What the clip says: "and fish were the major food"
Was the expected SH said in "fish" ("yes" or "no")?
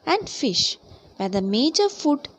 yes